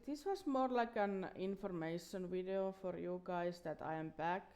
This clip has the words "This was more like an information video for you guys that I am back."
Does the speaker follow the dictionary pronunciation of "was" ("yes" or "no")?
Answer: no